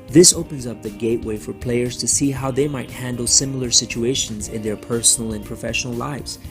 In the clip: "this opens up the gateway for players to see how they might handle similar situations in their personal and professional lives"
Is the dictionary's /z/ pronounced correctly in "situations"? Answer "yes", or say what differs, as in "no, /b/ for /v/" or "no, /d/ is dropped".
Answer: yes